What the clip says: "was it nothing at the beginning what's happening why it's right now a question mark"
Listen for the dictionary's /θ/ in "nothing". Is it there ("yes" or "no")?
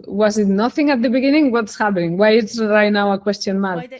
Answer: yes